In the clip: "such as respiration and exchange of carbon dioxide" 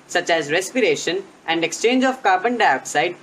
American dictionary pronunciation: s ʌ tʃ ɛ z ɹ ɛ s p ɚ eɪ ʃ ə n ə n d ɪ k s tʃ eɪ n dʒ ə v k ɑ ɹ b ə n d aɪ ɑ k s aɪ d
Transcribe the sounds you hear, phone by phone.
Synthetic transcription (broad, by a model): s ʌ tʃ ɛ z ɹ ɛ s p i eɪ ʃ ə n ə n d ɪ k s tʃ eɪ n dʒ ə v k ɑ ɹ b ə n d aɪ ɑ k s aɪ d